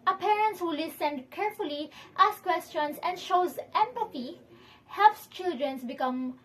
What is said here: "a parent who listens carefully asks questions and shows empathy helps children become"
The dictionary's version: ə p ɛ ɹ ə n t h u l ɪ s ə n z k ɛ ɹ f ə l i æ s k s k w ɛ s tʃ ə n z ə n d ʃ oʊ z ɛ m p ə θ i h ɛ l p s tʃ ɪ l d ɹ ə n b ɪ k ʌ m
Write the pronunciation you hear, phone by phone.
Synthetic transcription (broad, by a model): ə p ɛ ɹ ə n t h u l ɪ s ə n k ɛ ɹ f ə l i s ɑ s k w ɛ s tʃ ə n s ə n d ʃ oʊ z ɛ m p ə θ i h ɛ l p s tʃ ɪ l d ɹ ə n b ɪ k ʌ m